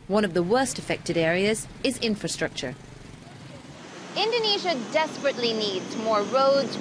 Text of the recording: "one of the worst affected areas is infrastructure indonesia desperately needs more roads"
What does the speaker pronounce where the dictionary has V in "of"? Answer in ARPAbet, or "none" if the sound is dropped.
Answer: V